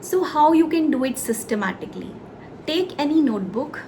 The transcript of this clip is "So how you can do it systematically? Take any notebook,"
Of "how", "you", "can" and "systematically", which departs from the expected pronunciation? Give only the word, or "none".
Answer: none